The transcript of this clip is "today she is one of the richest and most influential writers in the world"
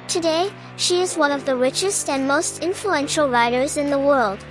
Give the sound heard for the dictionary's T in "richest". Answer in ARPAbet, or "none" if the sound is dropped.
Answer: T